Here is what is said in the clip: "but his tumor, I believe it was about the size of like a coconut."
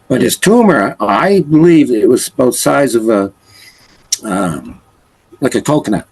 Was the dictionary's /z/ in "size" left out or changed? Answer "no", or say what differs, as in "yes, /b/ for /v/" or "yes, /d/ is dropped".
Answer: no